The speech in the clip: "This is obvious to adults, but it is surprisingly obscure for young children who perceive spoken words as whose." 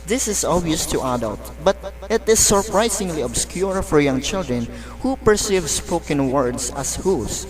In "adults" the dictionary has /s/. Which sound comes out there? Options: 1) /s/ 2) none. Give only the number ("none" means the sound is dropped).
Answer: 2